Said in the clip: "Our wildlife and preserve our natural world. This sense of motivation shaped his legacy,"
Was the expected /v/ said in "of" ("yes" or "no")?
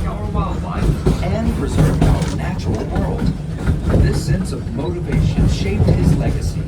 yes